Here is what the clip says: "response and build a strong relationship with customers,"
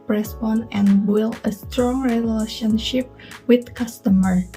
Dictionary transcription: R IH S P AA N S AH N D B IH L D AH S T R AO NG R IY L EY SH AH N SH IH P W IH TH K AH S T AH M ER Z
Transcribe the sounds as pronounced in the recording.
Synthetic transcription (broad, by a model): R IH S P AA N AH N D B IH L AH S T R AO NG R IY L EY SH AH N SH IH P W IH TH K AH S T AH M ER